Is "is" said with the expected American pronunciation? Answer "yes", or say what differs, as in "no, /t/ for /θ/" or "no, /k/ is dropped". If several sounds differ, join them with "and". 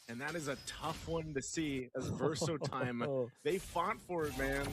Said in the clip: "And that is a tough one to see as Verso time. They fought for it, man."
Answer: yes